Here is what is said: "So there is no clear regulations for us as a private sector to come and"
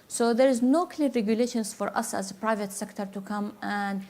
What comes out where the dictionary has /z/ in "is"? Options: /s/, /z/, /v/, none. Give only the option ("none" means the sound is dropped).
/z/